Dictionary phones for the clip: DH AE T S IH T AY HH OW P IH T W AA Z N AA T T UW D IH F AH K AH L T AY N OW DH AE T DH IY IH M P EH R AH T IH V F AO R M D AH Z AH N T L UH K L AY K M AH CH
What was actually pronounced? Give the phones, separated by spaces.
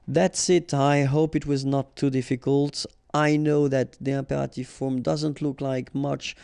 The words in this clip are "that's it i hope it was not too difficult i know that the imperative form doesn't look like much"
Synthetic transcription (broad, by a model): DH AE T S IH T AY HH OW P IH T W AA Z N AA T T UW D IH F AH K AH L T AY N OW DH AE T DH IY IH M P EH R AH T IH V F AO R M D AH Z AH N T L UH K L AY K M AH CH